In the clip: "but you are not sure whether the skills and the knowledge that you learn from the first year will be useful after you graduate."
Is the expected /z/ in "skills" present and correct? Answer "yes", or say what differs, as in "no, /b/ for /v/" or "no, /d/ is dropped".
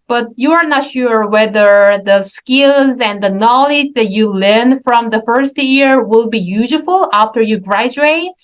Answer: yes